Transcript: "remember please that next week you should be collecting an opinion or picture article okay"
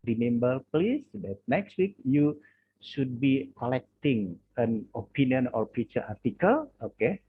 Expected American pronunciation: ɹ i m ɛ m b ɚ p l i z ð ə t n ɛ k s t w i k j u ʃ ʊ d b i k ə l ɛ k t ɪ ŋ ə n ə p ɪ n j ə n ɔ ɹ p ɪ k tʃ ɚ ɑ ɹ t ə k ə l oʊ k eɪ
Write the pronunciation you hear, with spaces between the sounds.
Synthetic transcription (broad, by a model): ɹ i m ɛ m b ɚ p l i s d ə t n ɛ k s t w i k j u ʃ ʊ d b i k ə l ɛ k t ɪ ŋ ə n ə p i n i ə n ɔ ɹ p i tʃ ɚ ɑ ɹ t ə k ə l oʊ k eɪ